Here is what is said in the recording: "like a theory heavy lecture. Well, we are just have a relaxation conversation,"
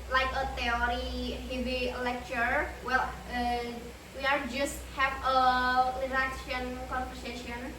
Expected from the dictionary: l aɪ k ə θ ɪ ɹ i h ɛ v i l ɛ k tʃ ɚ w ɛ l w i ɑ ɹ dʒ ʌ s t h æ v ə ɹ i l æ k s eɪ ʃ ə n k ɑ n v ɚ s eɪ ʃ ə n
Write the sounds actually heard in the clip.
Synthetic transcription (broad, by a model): l aɪ k ə t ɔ ɹ i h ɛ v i l ɛ k tʃ ɚ w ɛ l w i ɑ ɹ dʒ ʌ s t h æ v ə l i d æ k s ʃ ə n k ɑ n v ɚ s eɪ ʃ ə n